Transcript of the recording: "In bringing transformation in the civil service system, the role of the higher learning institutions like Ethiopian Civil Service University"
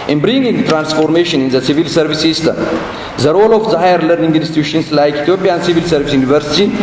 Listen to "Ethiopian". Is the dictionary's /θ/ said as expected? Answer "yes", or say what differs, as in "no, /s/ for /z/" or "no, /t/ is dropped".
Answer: no, /t/ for /θ/